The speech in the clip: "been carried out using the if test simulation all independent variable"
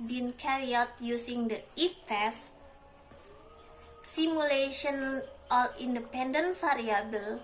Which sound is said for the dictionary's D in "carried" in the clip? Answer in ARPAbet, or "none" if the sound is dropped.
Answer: none